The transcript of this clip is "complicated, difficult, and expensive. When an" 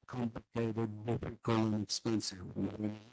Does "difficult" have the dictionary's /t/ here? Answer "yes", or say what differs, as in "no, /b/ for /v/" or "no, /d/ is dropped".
no, /t/ is dropped